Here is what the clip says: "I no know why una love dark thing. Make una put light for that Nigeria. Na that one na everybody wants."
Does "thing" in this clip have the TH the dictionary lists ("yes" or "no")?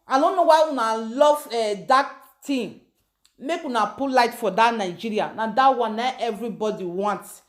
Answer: no